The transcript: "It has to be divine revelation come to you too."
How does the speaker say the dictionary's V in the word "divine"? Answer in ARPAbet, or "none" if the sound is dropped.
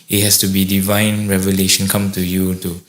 V